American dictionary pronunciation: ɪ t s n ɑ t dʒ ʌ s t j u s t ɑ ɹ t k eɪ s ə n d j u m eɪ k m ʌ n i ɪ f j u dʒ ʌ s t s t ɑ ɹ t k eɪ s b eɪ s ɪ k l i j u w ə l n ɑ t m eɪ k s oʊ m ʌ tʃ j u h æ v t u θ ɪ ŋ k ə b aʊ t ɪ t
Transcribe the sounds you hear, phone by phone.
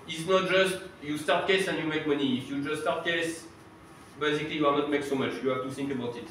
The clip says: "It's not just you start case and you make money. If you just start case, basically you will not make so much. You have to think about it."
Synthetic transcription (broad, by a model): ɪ t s n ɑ t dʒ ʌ s t j u s t ɑ ɹ t k eɪ s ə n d j u m eɪ k m ʌ n i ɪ f j u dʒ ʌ s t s t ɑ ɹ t k eɪ s b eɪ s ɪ k l i j u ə n ɑ t m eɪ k s oʊ m ʌ tʃ j u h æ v t u θ ɪ ŋ k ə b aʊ t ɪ t